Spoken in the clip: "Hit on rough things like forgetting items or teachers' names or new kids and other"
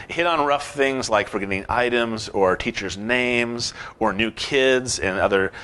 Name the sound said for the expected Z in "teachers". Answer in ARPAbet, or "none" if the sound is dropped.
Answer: Z